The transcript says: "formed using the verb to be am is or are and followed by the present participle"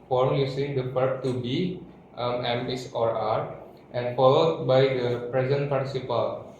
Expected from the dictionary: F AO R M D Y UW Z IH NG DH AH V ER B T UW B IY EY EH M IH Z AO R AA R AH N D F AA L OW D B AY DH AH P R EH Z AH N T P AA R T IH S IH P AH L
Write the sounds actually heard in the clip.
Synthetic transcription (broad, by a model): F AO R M Y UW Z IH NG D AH P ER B T UW B IY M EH M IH S AO R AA R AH N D F AA L OW D B AY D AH P R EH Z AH N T P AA R T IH S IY P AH L